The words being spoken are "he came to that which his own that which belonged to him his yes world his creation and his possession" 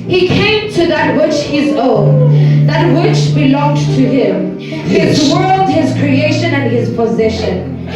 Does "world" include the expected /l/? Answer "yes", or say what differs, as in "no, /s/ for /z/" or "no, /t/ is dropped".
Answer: yes